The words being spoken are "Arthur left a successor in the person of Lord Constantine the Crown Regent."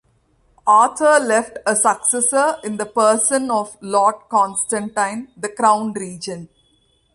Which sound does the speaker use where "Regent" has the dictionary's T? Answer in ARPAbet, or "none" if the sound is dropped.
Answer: none